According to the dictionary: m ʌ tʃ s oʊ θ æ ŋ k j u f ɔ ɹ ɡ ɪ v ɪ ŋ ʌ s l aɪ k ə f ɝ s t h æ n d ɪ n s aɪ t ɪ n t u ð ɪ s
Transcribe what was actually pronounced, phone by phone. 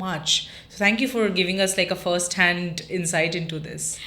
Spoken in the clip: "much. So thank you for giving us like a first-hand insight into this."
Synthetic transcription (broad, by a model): m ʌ tʃ s oʊ t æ ŋ k j u f ɔ ɹ ɡ ɪ v ɪ ŋ ʌ s l aɪ k ə f ɝ s t h æ n d ɪ n s aɪ t ɪ n t u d ɪ s